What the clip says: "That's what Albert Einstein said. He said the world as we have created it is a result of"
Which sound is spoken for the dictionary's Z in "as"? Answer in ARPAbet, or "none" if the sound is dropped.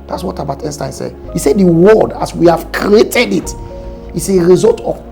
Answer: S